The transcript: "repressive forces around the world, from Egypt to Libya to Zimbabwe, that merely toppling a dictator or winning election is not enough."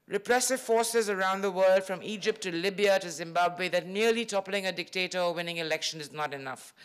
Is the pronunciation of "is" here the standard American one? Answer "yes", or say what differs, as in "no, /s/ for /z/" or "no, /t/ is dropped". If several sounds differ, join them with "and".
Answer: yes